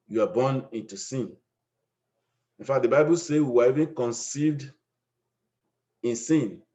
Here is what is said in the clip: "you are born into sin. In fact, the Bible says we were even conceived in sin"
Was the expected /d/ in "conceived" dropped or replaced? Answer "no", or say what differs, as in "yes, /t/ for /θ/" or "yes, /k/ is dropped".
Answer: no